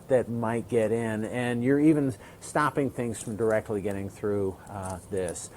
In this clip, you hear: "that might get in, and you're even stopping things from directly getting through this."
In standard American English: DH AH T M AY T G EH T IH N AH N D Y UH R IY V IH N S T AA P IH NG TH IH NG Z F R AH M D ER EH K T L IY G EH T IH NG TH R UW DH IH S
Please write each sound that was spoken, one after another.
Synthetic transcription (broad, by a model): DH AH T M AY T G EH T IH N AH N Y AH R IY V IH N S T AA P IH NG TH IH NG Z F R AH M D ER EH K T L IY G EH T IH NG TH R UW DH IH S